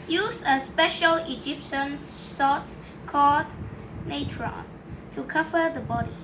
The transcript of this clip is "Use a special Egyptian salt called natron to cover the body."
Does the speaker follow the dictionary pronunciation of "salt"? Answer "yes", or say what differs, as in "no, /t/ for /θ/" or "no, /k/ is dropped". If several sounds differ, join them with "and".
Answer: no, /l/ is dropped